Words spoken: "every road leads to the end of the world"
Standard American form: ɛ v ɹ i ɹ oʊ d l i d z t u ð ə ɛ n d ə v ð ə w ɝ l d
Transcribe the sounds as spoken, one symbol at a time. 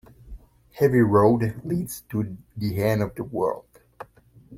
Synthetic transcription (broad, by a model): ɛ v i ɹ oʊ d l i d z t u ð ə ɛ n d ə v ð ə w ɝ l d